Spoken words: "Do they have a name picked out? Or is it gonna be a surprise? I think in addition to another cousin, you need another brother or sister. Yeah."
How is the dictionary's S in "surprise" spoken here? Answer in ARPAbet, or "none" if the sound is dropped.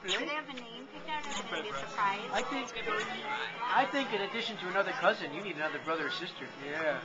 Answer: TH